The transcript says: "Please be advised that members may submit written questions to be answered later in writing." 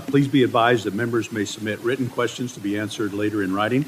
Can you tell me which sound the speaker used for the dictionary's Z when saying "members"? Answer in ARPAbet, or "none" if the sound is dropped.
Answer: Z